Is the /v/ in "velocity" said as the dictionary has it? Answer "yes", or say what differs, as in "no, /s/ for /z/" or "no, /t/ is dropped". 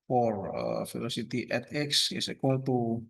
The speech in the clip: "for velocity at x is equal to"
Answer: no, /f/ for /v/